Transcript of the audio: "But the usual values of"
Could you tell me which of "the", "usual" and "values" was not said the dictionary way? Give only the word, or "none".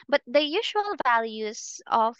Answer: none